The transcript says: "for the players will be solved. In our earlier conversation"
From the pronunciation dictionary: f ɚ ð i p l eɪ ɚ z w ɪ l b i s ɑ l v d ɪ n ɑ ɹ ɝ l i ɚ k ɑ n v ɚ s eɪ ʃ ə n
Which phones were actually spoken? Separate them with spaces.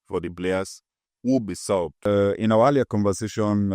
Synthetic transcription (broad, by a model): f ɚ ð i b l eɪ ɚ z w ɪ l b i s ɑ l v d ɪ n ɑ w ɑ l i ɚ k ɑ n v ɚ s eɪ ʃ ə n